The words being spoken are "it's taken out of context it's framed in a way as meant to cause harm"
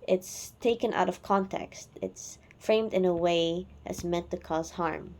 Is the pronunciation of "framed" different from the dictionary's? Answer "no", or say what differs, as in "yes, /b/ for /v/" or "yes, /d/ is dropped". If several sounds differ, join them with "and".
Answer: no